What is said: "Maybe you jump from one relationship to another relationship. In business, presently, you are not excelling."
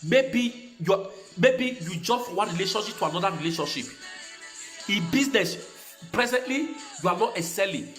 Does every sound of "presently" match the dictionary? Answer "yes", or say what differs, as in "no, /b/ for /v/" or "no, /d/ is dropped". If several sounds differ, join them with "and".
yes